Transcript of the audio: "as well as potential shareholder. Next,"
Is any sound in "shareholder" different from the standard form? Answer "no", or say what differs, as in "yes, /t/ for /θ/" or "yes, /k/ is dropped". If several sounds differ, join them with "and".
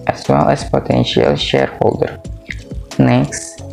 no